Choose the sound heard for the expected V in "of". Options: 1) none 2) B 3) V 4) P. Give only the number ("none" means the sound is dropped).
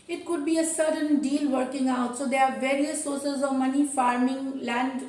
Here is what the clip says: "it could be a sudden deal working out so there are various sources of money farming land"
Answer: 3